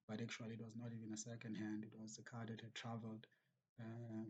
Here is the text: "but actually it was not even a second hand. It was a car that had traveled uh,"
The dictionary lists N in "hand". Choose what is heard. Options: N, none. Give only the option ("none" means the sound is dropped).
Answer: N